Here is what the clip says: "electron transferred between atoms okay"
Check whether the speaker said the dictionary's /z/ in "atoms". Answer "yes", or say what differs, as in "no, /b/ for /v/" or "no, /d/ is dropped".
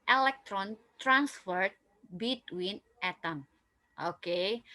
no, /z/ is dropped